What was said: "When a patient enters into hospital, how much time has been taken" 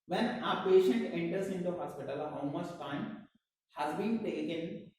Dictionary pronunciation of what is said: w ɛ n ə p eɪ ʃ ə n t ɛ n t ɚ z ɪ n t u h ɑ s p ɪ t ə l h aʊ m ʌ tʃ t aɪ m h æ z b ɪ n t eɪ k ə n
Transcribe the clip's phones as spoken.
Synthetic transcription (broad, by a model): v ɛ n ə p eɪ ʃ ə n t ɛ n t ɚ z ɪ n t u h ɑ s p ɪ t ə l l m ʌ s t aɪ m h æ z b ɪ n t eɪ k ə n